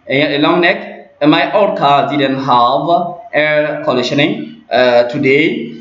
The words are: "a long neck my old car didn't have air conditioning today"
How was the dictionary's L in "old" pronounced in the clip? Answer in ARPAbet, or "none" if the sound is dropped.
none